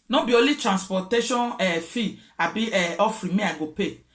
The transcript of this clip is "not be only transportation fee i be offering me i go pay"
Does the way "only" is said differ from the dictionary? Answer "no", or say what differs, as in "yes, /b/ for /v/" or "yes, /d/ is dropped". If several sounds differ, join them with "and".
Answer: yes, /n/ is dropped